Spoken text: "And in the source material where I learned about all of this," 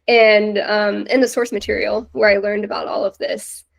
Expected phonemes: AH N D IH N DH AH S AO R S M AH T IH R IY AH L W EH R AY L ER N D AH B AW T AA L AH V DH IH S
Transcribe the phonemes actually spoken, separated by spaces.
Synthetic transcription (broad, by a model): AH N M IH N DH AH S AO R S M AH T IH R IY L W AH R AY L ER N D AH B AW T AA L AH V DH IH S